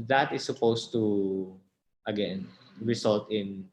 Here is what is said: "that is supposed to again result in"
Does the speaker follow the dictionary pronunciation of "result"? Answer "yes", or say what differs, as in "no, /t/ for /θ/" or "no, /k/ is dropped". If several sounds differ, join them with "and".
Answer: no, /s/ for /z/